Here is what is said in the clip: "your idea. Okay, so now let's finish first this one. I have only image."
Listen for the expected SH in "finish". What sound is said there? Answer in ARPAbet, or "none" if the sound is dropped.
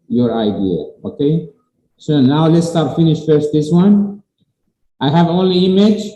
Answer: SH